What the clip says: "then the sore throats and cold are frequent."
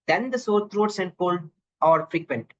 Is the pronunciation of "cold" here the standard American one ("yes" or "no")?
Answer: no